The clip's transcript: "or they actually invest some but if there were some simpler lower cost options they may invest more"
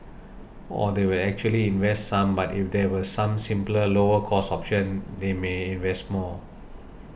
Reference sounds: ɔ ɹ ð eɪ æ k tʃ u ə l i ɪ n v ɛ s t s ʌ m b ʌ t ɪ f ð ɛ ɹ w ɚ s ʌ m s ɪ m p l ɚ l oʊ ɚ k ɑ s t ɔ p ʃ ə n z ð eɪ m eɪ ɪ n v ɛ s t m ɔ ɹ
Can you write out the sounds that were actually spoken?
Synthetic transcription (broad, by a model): ɔ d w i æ k tʃ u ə l i ɪ n v ɛ s t s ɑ m b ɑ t ɪ f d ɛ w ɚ s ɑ m s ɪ m p l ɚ l oʊ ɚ k ɑ s ɔ p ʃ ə n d eɪ m eɪ ɪ n v ɛ s t m ɔ